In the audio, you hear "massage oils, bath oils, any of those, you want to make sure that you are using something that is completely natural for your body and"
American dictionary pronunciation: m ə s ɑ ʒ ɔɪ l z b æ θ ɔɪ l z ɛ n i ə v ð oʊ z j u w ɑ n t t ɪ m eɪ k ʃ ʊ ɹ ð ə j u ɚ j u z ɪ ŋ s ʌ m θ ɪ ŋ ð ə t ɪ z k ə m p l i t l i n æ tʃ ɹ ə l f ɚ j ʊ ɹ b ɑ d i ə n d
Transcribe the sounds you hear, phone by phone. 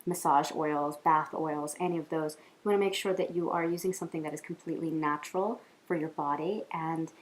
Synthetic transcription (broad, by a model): m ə s ɑ ʒ ɔɪ l z b æ θ ɔɪ l z ɛ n i ə v ð oʊ z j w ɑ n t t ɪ m eɪ k ʃ ʊ ɹ ð ə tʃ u ɚ j u z ɪ ŋ s ʌ m θ ɪ ŋ ð ə t ɪ z k m p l i t l i n æ tʃ ɹ l f ɚ j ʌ ɹ b ɑ d i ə n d